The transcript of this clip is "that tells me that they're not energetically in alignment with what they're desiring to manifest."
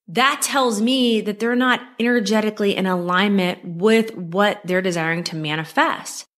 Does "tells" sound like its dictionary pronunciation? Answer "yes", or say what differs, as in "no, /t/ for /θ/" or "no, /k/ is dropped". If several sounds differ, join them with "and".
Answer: yes